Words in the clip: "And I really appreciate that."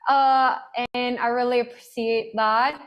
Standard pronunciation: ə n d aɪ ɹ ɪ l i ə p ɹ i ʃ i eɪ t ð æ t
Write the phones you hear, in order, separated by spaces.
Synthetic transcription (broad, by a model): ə n aɪ ɹ ɪ l i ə p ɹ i s i eɪ t ð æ t